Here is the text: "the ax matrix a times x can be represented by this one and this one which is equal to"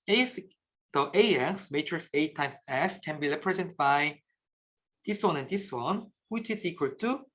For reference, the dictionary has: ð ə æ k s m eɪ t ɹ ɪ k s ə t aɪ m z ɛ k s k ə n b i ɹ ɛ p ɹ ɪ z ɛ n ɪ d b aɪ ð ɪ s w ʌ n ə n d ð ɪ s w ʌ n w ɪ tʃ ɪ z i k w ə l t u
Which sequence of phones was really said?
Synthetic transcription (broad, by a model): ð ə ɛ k s m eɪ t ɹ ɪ k s ə t aɪ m ɛ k s k ə n b i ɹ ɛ p ɹ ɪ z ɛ n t b aɪ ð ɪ s w ʌ n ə n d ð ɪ s w ʌ n w ɪ tʃ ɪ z i k w ə l t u